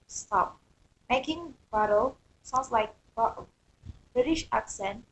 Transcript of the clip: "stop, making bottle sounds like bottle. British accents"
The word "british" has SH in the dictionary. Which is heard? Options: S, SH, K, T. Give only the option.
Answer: SH